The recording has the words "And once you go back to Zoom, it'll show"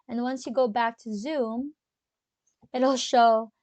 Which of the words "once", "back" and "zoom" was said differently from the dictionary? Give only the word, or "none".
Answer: none